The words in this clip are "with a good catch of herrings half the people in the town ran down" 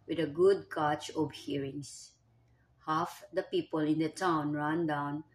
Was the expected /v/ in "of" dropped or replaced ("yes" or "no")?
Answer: yes